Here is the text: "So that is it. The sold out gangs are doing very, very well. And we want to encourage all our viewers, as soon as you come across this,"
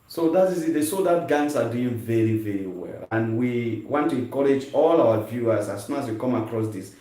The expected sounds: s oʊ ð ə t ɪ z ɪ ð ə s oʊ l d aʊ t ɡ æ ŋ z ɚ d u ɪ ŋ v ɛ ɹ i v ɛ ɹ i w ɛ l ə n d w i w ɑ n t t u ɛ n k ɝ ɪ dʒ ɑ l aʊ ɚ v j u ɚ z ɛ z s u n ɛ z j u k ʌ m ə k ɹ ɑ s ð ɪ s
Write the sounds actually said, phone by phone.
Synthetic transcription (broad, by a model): s oʊ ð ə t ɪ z ɪ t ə s oʊ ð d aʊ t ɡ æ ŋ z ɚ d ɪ v ɛ ɹ i v ɛ ɹ i w ɛ l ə n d w i w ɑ n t t u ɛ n k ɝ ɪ dʒ ɑ l aʊ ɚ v j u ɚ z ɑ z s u ɑ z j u k ʌ m ə k ɹ ɑ s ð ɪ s